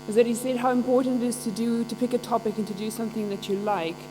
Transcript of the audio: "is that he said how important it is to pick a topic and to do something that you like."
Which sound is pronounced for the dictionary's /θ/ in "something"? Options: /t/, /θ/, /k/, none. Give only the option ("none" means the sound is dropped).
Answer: /θ/